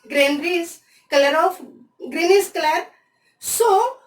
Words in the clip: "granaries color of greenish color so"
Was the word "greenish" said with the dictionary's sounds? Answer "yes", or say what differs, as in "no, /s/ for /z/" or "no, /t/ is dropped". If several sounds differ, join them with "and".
no, /s/ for /ʃ/